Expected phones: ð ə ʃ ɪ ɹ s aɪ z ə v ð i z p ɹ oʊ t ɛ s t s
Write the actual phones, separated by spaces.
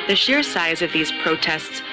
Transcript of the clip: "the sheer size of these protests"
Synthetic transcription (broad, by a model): ð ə ʃ ɪ ɹ s aɪ z ə v ð i z p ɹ oʊ t ɛ s t s